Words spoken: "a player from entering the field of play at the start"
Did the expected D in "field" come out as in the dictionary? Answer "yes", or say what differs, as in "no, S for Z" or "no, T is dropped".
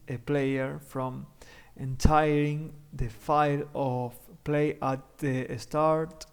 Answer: no, D is dropped